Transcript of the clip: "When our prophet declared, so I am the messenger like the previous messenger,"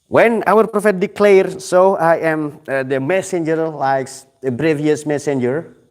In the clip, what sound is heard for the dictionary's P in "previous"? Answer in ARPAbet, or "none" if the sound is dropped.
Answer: B